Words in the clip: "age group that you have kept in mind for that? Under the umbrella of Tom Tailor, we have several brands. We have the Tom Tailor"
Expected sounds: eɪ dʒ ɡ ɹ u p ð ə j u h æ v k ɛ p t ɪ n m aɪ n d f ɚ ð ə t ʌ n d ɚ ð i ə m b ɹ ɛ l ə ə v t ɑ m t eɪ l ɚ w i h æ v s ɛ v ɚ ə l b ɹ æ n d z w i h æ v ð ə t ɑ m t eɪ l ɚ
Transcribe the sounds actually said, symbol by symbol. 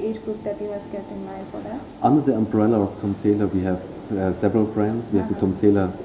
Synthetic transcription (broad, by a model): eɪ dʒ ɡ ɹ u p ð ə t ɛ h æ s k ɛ t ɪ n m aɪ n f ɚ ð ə t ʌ n d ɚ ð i ə m b ɹ ɛ l ə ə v t ɑ m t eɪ l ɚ w i h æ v s ɛ v ɚ ə l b ɹ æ n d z w i h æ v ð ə t ɑ m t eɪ l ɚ